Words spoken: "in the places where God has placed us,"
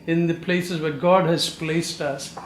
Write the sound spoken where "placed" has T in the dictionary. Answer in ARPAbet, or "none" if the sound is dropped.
T